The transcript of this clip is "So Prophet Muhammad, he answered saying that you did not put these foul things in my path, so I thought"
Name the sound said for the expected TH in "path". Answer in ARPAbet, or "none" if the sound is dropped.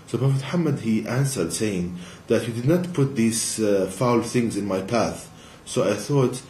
TH